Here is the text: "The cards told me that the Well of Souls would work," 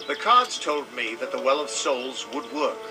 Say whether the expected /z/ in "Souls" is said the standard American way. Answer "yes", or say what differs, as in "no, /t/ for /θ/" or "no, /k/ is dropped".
yes